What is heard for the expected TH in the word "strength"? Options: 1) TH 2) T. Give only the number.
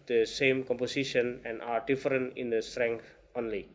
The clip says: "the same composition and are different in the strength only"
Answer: 2